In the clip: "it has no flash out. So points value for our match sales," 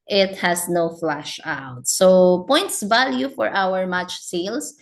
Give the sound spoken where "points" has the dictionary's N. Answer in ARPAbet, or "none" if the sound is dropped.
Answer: N